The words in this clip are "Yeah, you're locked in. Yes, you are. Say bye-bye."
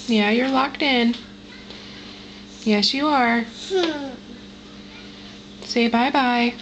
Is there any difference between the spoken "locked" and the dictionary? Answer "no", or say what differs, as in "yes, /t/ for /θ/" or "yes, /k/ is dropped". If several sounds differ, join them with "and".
no